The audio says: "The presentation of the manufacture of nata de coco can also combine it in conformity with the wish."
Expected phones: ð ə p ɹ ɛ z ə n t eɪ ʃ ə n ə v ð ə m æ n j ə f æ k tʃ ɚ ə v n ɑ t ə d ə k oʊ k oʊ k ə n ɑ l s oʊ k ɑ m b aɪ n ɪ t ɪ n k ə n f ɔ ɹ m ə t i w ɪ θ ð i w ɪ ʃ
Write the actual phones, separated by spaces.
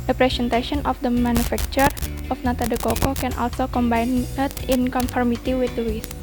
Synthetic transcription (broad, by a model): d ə p ɹ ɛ s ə n t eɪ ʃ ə n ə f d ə m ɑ n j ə f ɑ k tʃ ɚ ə f n ɑ t ə d ə k oʊ k oʊ k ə n ɑ l s oʊ k ɑ m b aɪ n ɪ t ɪ n k ə n f ɔ ɹ m ə t i w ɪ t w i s